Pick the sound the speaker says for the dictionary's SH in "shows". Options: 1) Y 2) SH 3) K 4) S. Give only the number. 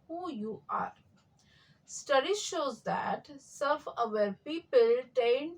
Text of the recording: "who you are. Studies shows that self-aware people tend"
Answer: 2